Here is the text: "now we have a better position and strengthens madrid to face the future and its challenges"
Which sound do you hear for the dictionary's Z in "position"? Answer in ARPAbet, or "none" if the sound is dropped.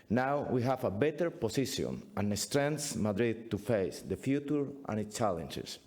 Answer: S